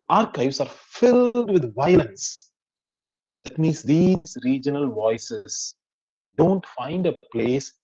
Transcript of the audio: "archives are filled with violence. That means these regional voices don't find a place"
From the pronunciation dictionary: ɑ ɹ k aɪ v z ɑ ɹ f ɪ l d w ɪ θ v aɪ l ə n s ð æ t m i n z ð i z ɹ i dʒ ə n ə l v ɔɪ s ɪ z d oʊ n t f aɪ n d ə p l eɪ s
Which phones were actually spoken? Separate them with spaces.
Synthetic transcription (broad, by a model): ɑ ɹ k aɪ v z ɑ ɹ f ɪ l d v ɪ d v aɪ l ə n s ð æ t m i n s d i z ɹ i dʒ ə n ə l v ɔɪ s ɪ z d oʊ n t f aɪ n d ə p l eɪ s